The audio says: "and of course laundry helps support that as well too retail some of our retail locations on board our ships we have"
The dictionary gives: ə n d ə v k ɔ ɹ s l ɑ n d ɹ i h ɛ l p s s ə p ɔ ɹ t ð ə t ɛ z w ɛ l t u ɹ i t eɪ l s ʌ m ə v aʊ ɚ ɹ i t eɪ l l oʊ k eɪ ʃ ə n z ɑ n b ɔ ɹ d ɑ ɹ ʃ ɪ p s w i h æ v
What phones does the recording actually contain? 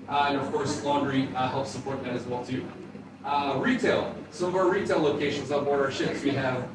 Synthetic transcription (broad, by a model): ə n ə v k ɔ ɹ s l ɑ n d ɹ i h ɛ l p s s ə p ɔ ɹ t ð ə t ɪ z w ɛ l t u ɹ i t eɪ l s ʌ m ə v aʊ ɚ ɹ i t eɪ l l oʊ k eɪ ʃ ə n z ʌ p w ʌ ɹ ɑ ɹ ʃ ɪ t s w i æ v